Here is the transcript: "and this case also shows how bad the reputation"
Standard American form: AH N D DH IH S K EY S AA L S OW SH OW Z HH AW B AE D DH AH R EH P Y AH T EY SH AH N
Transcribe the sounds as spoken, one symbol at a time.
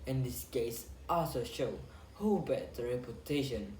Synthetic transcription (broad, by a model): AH N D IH S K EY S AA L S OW SH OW HH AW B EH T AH R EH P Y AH T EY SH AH N